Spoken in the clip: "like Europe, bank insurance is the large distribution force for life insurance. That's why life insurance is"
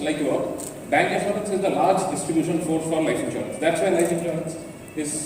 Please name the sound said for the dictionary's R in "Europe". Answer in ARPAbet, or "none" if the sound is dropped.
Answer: none